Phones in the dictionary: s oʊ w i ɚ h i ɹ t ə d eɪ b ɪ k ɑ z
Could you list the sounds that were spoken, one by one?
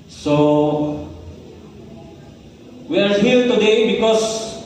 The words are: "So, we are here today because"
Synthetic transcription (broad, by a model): s oʊ w i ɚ h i l t ə d eɪ b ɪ k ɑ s